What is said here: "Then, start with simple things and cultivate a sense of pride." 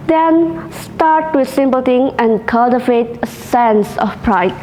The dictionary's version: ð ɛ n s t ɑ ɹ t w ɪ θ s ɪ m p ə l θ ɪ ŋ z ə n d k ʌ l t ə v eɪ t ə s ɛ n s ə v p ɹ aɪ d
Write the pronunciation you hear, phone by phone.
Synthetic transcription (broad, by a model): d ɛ n s t ɑ ɹ t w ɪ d s ɪ m p ə l t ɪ ŋ ə n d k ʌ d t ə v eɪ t ə s ɛ n s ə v p ɹ aɪ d